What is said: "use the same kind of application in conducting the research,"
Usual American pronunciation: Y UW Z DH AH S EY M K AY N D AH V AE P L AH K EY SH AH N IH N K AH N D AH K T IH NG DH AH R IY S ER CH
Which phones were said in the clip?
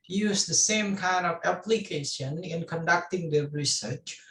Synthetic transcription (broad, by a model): Y UW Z DH AH S EY M K AY N D AH V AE P L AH K EY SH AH N IH N K AH N D AH K T IH NG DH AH R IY S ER CH